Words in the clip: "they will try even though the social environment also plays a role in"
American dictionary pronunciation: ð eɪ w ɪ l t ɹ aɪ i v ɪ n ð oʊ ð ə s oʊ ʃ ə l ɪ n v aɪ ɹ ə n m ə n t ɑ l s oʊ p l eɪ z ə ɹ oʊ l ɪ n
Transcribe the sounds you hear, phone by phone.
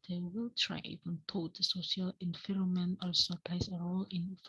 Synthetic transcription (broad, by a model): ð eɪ w ɪ l t ɹ aɪ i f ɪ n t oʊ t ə s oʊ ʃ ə l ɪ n f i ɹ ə m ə n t ɑ l s oʊ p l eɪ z ə ɹ oʊ l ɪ n